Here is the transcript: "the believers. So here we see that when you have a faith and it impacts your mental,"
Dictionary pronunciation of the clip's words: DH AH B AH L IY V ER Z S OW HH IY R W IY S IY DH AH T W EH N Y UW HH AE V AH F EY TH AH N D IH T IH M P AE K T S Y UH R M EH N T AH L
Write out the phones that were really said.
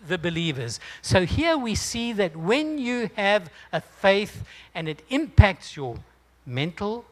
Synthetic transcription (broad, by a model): DH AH B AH L IY V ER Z S OW HH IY R W IY S IY DH AH T W EH N Y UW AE V AH F EY TH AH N IH T IH M P AE K T S Y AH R M EH N T L